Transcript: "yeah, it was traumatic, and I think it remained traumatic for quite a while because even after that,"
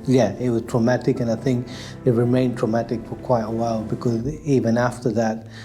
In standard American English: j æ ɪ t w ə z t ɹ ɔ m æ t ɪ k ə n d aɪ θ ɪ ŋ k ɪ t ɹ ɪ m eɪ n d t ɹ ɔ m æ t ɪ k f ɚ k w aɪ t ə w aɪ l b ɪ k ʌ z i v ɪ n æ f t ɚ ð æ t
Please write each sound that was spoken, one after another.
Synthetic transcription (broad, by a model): j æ ɪ t w ə z t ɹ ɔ m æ t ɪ k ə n aɪ θ ɪ ŋ k ɪ t ɹ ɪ m eɪ n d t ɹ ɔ m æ t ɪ k f ɚ k w aɪ t ə w aɪ l b ɪ k ʌ z i v ɪ n æ f t ɚ ð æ t